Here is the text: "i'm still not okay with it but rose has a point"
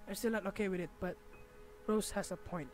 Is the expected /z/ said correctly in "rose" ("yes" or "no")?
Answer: no